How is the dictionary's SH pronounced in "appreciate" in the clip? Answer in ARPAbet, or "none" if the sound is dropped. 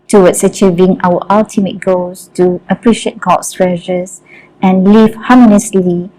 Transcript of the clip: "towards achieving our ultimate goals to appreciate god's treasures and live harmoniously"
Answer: SH